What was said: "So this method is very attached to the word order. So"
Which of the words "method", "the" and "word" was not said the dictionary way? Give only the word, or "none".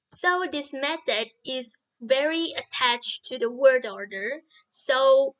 none